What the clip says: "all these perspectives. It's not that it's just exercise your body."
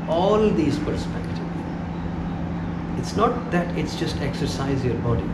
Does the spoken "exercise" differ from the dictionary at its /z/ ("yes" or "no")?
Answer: no